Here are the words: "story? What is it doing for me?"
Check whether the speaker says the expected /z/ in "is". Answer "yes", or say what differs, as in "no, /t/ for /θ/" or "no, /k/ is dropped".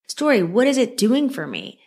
yes